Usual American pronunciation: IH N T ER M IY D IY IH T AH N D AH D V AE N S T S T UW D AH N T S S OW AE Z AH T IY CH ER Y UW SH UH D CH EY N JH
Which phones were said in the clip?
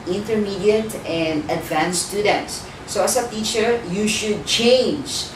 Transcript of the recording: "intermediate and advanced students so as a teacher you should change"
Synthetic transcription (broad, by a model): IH N T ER M IY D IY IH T AH N D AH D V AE N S S T UW D AH N T S S OW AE S AH T IY CH ER Y UW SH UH D CH EY N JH